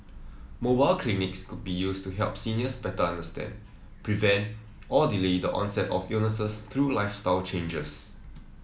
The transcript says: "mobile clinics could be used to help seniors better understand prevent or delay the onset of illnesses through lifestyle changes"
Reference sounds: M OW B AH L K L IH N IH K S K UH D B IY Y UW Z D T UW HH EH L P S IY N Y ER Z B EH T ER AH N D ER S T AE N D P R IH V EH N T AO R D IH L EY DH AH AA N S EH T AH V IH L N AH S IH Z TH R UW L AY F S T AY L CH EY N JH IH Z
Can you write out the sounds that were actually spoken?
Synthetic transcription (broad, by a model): M OW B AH L K L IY N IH K S K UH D B IY Y UW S T UW HH EH L P S IY N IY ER S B EH T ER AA N D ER S T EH N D P R IH V EH N T AO L D IH L EY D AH AA N S EH T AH F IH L N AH S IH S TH R UW L AY F S T AY L CH EY N JH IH S